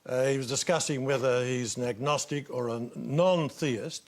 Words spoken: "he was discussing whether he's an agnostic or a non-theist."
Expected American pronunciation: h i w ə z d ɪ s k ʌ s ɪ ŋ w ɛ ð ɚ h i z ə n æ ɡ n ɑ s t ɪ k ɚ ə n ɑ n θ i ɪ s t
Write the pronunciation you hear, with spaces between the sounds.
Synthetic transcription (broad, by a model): h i w ə z d ɪ s k ʌ s ɪ ŋ w ɛ ð ɚ h i z ə n æ ɡ n ɑ s t ɪ k ɚ ə n ɑ n θ i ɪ s t